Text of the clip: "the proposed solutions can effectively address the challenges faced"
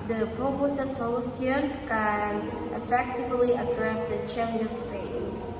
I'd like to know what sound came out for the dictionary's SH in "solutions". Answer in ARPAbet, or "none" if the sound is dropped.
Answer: none